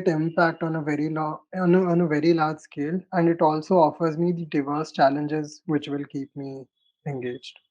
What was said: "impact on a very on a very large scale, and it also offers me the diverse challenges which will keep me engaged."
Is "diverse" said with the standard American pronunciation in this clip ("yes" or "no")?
yes